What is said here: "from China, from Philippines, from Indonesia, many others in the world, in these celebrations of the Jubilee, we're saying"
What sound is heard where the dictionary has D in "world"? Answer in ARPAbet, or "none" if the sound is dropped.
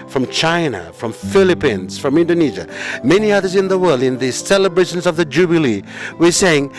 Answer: D